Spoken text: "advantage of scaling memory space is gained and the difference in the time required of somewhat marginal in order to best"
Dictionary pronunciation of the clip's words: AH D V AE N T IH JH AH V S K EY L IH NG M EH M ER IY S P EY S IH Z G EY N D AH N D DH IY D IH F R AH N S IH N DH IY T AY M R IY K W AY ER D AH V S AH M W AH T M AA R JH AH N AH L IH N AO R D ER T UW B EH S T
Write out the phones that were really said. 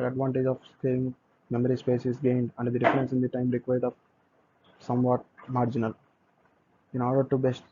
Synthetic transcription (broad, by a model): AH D V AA N T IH JH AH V S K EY IH NG M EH M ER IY S P EY S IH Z G EY N D AH N D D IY D IH F R AH N S IH N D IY T AY M R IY K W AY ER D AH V S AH M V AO T M AA R JH AH N AH L IH N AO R D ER T UW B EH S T